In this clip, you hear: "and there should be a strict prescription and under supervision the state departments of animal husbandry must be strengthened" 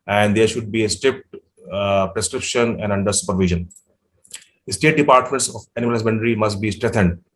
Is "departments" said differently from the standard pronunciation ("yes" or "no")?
no